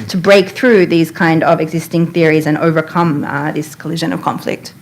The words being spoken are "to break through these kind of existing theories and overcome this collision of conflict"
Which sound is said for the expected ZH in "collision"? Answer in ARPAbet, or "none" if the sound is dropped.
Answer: ZH